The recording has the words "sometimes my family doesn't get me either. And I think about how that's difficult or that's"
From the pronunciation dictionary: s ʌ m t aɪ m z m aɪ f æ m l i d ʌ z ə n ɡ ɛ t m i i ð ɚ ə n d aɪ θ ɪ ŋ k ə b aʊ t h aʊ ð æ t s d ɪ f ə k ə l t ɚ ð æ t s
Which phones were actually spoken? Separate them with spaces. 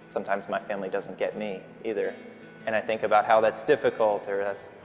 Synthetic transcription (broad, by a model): s ʌ m t aɪ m z m aɪ f æ m l i d ʌ z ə n ɡ ɛ t m i i ð ɚ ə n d aɪ θ ɪ ŋ k ə b aʊ t h aʊ ð æ t s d ɪ f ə k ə l t ɚ ð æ t s